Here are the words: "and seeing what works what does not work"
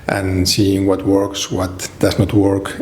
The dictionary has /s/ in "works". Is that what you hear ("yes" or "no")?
yes